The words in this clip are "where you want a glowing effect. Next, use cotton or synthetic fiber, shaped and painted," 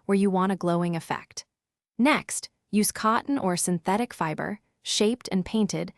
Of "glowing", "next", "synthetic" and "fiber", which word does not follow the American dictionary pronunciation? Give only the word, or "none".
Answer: none